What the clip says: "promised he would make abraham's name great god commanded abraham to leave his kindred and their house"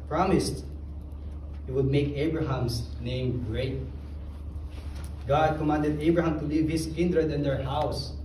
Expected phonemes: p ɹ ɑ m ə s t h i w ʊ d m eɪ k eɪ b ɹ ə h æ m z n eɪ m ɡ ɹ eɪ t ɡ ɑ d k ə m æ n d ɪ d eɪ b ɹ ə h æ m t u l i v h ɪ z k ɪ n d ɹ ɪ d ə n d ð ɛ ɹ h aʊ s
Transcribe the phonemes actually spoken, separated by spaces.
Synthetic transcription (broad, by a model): p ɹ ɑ m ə s t h i w ʊ d m eɪ k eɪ b ɹ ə h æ m s n eɪ m ɡ ɹ eɪ t ɡ ɑ d k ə m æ n d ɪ d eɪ b ɹ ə h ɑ m t u l i v h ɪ s k ɪ n d ɹ ɪ d ə n d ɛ ɹ h aʊ s